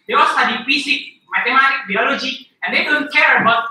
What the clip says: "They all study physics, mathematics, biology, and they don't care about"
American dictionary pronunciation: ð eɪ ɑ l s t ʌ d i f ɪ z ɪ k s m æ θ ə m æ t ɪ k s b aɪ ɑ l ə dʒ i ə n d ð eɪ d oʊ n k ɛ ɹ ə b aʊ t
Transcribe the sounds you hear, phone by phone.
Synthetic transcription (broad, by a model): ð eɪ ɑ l s t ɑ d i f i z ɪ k m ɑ t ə m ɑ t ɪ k b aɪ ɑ l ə dʒ i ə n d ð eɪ d oʊ n k ɛ ɹ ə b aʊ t